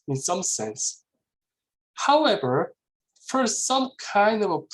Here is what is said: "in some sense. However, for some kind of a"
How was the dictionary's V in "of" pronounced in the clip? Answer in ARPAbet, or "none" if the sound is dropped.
V